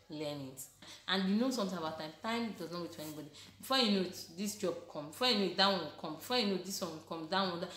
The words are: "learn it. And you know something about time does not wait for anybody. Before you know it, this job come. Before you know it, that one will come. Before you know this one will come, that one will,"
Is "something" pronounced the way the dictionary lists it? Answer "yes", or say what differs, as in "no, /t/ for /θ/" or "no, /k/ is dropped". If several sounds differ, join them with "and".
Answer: no, /t/ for /θ/